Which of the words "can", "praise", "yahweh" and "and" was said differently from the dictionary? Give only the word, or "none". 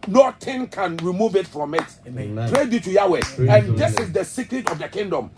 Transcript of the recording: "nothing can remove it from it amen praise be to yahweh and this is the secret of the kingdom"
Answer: praise